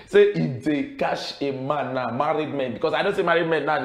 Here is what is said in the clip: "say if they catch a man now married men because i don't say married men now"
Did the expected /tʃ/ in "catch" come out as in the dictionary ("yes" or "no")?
no